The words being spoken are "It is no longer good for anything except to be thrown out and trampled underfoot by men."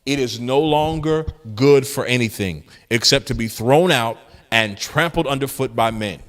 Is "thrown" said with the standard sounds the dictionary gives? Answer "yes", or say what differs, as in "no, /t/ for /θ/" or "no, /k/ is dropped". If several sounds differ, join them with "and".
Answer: yes